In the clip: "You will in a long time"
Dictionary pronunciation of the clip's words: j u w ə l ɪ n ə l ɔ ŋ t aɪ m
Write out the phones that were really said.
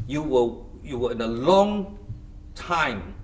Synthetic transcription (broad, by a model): j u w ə w ɪ n ə l ɔ ŋ t aɪ m